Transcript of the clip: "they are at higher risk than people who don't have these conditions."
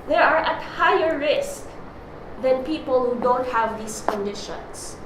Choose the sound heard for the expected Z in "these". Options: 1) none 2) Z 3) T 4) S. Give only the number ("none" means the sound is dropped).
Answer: 4